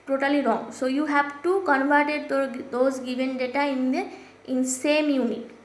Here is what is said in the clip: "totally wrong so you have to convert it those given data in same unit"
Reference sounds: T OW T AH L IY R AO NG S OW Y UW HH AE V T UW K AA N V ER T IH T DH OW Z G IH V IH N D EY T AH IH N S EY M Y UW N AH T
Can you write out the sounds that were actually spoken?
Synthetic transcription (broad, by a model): T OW T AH L IY R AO NG S OW Y UW HH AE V T UW K AA N V ER T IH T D OW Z G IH V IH N D EY T AH IH N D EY M Y UW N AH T